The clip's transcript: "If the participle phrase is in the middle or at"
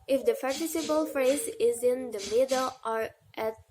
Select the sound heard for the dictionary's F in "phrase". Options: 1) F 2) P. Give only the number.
1